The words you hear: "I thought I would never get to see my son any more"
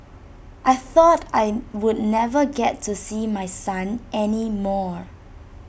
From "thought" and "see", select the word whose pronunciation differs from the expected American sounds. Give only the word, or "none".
none